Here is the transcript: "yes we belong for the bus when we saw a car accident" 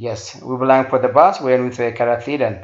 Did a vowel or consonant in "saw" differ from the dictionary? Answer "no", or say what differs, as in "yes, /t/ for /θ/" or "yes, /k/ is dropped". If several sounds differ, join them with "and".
yes, /θ/ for /s/